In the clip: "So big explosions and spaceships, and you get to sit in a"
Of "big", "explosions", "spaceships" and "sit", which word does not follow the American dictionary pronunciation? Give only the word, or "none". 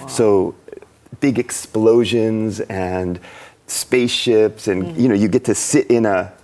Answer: none